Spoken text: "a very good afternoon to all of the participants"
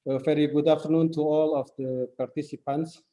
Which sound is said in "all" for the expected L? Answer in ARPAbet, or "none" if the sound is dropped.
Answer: L